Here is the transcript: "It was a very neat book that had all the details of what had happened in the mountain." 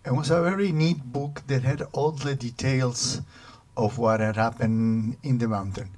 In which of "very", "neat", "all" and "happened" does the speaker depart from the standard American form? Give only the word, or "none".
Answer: happened